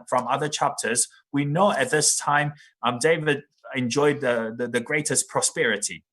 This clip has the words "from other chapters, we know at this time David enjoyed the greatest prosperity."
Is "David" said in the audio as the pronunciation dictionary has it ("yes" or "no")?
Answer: yes